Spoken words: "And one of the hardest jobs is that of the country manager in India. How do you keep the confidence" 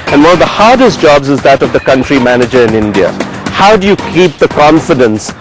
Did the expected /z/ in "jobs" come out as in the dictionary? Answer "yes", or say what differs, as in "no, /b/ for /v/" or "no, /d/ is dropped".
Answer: yes